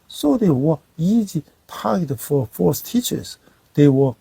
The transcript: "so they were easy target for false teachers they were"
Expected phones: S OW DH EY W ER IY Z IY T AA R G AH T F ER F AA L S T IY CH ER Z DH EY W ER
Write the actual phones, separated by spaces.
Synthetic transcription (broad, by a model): S OW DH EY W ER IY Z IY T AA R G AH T F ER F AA S T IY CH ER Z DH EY W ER